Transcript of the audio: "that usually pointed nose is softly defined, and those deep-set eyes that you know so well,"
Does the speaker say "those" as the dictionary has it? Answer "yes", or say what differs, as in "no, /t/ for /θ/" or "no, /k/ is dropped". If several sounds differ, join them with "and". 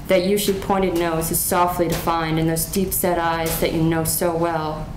yes